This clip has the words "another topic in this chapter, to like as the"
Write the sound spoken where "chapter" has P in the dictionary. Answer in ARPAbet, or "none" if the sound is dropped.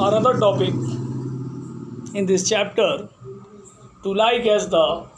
P